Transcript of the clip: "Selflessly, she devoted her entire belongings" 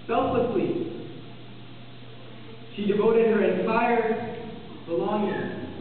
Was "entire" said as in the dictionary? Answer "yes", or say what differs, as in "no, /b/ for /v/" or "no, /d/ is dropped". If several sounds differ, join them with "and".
no, /s/ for /t/